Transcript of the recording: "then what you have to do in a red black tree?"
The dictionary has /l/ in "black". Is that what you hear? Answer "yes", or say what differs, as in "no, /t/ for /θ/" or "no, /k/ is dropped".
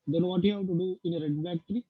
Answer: no, /l/ is dropped